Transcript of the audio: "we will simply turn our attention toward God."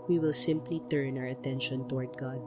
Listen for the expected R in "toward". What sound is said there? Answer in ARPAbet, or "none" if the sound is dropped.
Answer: R